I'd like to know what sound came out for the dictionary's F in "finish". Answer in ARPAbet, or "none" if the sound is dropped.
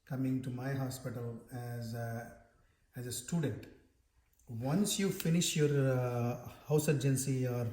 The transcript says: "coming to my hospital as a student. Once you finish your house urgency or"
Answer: F